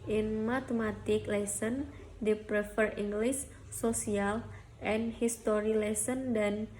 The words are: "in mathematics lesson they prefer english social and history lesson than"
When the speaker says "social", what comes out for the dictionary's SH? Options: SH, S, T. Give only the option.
S